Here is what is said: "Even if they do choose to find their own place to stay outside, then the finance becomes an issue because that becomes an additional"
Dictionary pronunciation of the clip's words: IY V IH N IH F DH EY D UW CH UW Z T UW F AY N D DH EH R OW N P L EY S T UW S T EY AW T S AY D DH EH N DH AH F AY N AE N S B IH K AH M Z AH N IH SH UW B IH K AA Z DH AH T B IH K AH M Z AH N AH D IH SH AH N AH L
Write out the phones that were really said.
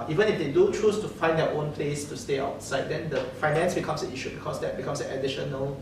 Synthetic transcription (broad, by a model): IY V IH N IH F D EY D UW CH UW S T UW F AY N D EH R OW N P L EY S T UW S T EY AW T S AY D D EH N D AH F AY N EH N S B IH K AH M S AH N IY SH UW B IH K AA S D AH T B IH K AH M S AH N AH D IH SH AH N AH L